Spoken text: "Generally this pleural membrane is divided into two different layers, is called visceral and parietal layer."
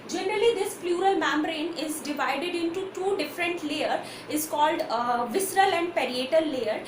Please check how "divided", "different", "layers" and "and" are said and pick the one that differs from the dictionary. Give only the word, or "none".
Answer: layers